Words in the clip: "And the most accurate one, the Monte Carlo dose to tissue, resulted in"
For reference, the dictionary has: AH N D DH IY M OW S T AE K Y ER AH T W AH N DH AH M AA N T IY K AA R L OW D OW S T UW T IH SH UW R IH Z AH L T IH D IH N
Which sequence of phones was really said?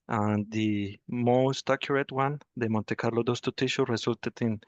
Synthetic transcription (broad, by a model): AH N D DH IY M OW S T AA K Y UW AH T W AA N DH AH M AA N T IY K AA R L OW D OW S T UW T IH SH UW R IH S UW L T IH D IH N